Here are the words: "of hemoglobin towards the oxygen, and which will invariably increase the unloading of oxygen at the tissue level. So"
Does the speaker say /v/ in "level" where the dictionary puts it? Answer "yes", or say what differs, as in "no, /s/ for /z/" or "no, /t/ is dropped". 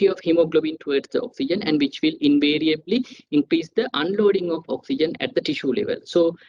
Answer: yes